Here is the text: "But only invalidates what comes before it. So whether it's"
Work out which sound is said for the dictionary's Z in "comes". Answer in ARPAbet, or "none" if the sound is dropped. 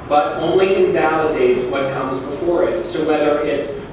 Z